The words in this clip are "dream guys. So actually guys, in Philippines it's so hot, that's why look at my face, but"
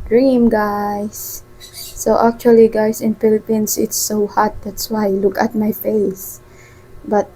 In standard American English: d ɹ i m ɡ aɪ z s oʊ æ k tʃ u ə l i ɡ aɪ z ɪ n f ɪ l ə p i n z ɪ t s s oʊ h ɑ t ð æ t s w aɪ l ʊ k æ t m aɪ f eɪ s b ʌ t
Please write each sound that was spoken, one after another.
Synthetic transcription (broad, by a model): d ɹ i m ɡ aɪ s oʊ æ k tʃ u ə l i ɡ aɪ s ɪ n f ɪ l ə p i n s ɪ t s s oʊ h ɑ t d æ t s w aɪ l ʊ k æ t m aɪ f eɪ s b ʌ t